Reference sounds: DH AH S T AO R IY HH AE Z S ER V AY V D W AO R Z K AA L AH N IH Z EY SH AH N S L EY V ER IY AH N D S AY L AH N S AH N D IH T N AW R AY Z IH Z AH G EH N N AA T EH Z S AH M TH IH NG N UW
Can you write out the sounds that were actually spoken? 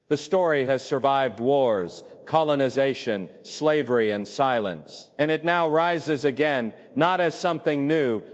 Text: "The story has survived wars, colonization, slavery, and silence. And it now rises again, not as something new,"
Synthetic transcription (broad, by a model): DH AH S T AO R IY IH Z S ER V AY V D W AO R Z K AA L AH N IH Z EY SH AH N S L EY V ER IY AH N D S AY L AH N S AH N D IH T N AW R AY Z IH Z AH G EH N N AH T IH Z S AH M TH IH NG N UW